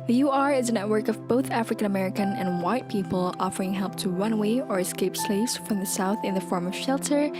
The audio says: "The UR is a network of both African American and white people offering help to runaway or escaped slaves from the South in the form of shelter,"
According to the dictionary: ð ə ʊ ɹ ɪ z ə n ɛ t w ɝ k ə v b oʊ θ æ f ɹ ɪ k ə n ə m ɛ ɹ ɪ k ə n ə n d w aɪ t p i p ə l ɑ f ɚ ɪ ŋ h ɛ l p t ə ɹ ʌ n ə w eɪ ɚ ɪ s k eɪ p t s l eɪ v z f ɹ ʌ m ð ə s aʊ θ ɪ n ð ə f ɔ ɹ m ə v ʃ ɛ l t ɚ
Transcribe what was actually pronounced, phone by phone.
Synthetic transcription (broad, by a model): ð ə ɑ ɹ ɪ z ə n ɛ t w ɝ k ə v b oʊ θ æ f ɹ ɪ k ə n ə m ɛ ɹ ɪ k ə n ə n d w aɪ t p i p ə l ɑ f ɚ ɪ ŋ h ɛ l p t ə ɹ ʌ n w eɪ ɚ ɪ s k eɪ p s l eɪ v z f ɹ ʌ m ð ə s aʊ θ ɪ n ð ə f ɔ ɹ m ə v ʃ ɛ l t ɚ